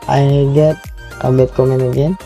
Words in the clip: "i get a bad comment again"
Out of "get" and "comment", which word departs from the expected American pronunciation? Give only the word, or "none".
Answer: comment